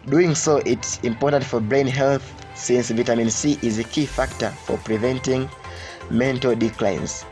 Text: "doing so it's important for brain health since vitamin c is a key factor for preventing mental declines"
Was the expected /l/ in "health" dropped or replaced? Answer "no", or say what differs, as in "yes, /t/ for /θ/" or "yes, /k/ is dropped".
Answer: no